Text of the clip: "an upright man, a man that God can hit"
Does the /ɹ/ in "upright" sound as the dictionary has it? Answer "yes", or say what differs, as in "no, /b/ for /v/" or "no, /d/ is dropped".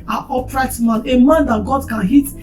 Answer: yes